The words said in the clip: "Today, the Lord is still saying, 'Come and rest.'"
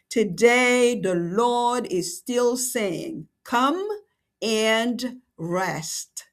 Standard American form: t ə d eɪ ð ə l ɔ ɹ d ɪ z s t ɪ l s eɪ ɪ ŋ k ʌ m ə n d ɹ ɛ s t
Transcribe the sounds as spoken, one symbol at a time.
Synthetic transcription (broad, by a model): t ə d eɪ ð ə l ɔ ɹ d ɪ z s t ɪ l s eɪ ɪ ŋ k ʌ m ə n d ɹ ɛ s t